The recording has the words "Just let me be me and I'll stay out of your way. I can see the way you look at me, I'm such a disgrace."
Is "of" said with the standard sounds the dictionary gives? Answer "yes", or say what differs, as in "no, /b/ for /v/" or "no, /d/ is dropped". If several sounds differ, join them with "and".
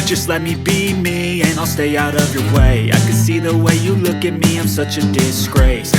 yes